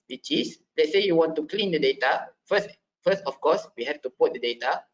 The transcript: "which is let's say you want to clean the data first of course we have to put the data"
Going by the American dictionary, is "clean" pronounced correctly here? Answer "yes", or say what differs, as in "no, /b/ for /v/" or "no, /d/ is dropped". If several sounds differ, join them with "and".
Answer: yes